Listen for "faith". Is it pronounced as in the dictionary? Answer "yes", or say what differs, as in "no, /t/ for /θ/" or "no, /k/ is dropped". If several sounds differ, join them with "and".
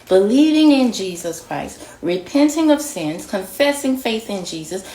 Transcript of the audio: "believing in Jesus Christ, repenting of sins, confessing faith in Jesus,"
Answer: yes